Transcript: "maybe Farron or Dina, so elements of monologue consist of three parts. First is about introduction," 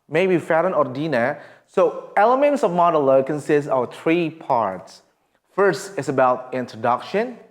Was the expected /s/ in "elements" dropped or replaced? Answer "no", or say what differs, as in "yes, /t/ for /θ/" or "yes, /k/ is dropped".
no